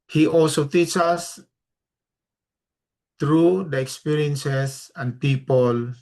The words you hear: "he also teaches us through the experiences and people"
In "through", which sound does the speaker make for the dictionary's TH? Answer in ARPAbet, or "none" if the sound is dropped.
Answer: T